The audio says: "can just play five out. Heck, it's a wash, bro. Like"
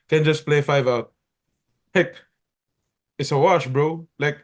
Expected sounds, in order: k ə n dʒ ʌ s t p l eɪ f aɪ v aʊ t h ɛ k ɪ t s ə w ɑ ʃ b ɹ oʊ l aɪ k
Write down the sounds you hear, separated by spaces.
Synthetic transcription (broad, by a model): k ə n dʒ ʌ s p l eɪ f aɪ v aʊ t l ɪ k ɪ t s ə w ɑ ʃ b ɹ oʊ l aɪ k